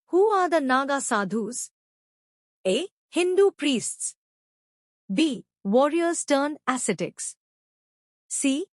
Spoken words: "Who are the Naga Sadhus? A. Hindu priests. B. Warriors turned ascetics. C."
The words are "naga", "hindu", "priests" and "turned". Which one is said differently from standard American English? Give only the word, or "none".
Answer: turned